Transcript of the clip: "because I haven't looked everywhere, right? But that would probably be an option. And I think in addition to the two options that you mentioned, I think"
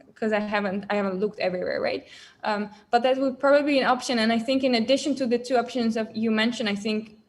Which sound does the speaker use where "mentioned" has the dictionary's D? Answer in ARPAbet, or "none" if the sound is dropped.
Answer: none